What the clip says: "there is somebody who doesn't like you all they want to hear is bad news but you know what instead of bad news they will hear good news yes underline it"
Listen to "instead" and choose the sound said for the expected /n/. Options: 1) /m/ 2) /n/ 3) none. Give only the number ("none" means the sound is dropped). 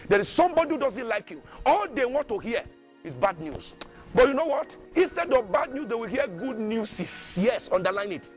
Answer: 2